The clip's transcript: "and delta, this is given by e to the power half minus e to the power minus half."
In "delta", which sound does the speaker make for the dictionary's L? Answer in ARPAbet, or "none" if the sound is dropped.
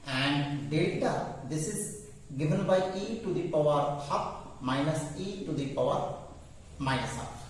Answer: none